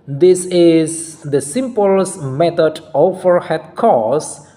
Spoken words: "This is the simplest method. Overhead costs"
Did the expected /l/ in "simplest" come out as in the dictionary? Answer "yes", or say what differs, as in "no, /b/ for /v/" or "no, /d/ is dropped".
no, /l/ is dropped